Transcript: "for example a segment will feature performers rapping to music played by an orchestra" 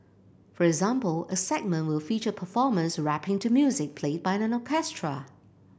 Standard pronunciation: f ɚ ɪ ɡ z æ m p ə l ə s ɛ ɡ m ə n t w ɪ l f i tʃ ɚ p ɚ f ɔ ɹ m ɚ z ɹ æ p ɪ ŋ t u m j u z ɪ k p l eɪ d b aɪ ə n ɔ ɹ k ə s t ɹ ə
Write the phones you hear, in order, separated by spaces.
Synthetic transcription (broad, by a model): f ɚ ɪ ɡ z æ m p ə l ə s ɛ ɡ m ə n t w ɪ l f i tʃ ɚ p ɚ f ɔ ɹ m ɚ s ɹ æ p ɪ ŋ t u m j u z ɪ k p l eɪ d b aɪ ə n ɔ k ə s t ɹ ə